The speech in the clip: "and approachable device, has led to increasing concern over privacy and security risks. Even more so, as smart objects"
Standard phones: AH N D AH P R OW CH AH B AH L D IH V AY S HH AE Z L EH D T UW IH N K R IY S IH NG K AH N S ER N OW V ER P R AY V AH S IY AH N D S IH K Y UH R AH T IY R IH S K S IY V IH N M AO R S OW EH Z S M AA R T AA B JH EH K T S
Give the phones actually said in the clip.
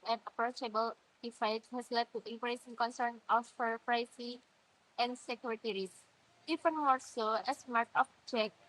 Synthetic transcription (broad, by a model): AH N AH P R OW CH AH B AH L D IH F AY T HH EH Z L EH D T UW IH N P R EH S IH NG K AH N S ER N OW F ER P R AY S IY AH N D S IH K Y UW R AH T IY R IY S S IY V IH N M AO R S OW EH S M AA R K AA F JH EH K